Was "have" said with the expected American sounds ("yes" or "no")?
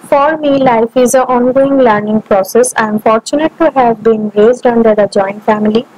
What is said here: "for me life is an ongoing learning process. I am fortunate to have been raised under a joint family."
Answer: yes